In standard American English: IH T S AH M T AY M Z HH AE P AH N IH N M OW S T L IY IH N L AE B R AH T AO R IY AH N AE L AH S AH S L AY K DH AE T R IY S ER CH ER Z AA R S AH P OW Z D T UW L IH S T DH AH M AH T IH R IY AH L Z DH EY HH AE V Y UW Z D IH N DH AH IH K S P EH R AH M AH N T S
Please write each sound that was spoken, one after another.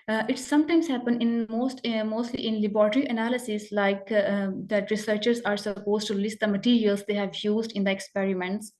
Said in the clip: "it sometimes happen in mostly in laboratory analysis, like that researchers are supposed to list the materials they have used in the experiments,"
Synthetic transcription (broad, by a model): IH T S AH M T AY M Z HH AE P AH N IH N M OW S T L IY IH N L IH B R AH T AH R IY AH N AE L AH S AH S L AY K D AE T R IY S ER CH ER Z AA R S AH P OW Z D T UW L IH S T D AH M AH T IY R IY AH L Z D EY HH AE V Y UW Z D IH N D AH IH K S P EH R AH M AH N T S